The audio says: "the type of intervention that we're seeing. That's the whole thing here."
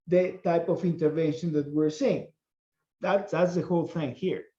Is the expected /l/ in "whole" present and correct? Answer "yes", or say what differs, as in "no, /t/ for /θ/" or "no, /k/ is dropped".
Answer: yes